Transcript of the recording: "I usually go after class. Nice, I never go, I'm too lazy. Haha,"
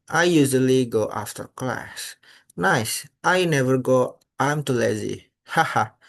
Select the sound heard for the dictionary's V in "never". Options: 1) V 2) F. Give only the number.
1